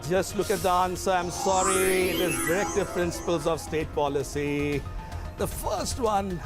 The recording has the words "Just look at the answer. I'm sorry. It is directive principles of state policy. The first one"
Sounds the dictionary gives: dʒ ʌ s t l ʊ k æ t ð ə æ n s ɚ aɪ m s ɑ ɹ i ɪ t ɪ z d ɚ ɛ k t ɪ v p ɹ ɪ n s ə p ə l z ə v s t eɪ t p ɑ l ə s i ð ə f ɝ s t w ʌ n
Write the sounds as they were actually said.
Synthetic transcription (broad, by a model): dʒ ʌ s t l ʊ k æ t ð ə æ n s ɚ aɪ m s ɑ ɹ i ɪ t ɪ z d ɚ ɛ k t ɪ v p ɹ ɪ n s ə p ə l z ə v s t eɪ t p ɑ l ə s i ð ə f ɝ s t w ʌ n